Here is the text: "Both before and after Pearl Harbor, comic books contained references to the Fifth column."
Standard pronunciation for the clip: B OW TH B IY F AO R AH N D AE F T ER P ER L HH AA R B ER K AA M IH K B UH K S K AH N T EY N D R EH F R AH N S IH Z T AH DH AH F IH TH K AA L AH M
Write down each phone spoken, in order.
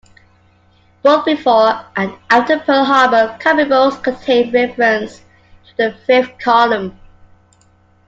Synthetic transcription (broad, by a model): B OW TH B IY F AO R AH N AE T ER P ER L HH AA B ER K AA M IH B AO S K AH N T EY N R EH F R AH N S T AH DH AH F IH F K AA L AH M